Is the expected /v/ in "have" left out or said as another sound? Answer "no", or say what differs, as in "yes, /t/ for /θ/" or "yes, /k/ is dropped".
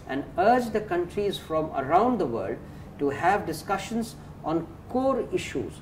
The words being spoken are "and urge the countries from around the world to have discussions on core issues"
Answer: no